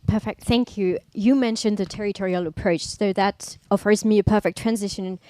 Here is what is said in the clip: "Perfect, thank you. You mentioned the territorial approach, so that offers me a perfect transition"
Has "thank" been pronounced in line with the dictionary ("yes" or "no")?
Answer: yes